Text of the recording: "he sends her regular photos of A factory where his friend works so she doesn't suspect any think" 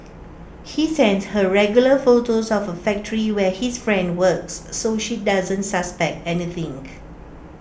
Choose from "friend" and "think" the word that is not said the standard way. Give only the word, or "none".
think